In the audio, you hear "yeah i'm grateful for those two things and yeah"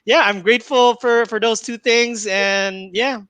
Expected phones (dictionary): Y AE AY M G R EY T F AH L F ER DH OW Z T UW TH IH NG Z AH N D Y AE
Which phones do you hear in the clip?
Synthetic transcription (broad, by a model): Y AE AY M G R EY T F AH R F ER DH OW Z T UW TH IH NG Z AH N Y AE